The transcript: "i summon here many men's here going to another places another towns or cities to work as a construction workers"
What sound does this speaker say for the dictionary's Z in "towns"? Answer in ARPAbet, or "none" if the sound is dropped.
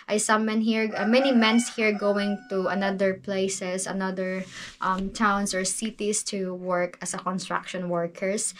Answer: S